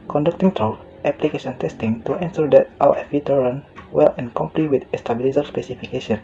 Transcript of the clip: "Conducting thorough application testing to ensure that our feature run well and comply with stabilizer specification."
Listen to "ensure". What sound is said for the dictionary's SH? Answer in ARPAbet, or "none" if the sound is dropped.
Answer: S